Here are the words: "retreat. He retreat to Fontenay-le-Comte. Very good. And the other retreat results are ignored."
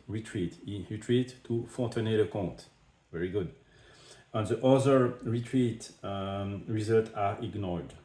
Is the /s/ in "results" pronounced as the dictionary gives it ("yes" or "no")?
no